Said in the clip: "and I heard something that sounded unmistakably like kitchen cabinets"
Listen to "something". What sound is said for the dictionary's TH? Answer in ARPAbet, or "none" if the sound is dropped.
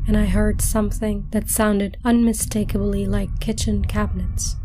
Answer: TH